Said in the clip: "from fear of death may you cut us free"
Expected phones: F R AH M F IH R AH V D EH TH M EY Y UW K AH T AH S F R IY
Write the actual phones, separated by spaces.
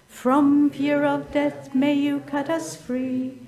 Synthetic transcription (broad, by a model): F R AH M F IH R AH V D EH TH M EY Y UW K AH T AH S F R IY